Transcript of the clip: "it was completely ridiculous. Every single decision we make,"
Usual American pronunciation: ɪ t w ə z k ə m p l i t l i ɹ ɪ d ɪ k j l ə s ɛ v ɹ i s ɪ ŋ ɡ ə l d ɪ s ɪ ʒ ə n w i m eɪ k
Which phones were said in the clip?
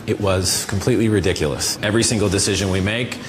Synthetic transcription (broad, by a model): ɪ t w ə z k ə m p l i t l i ɹ ɪ d ɪ k j l ə s ɛ v ɹ i s ɪ ŋ ɡ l d ɪ s ɪ ʒ ə n w i m eɪ k